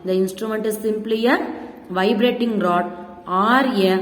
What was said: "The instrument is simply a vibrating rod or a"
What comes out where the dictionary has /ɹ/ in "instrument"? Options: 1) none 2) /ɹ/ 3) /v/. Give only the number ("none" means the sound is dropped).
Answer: 2